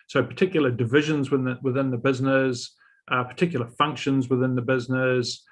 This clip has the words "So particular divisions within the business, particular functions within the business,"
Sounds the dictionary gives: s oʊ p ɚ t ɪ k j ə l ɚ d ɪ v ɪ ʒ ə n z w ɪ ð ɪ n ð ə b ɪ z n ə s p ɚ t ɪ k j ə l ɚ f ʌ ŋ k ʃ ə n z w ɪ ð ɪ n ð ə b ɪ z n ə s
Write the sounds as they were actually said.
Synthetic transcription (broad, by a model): s oʊ p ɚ t ɪ k j l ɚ d ɪ v ɪ ʒ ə n z w ɪ ð ɪ n ð ə b ɪ z n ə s p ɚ t ɪ k j l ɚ f ʌ ŋ k ʃ ə n z w ɪ ð ɪ n ð ə b ɪ z n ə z